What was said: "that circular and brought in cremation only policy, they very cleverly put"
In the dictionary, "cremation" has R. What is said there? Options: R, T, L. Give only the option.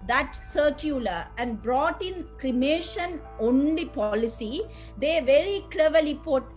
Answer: R